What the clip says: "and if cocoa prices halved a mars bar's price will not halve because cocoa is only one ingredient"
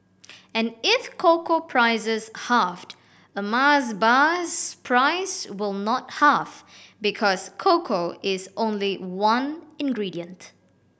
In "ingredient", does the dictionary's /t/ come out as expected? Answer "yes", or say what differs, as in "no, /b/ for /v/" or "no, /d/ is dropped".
yes